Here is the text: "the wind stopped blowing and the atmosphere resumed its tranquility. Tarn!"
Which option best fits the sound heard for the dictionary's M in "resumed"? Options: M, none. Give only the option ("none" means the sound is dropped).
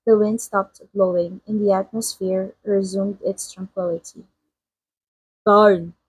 M